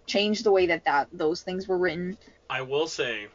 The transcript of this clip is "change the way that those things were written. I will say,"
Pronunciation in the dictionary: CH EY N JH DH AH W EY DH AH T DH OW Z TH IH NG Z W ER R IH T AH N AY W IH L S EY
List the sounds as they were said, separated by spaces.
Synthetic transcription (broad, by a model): CH EY N JH DH AH W EY DH AH T DH OW Z TH IH NG Z W ER R IH T N AY W IH L S EY